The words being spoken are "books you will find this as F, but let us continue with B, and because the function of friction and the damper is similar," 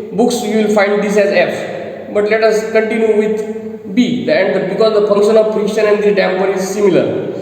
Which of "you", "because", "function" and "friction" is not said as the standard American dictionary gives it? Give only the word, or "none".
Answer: friction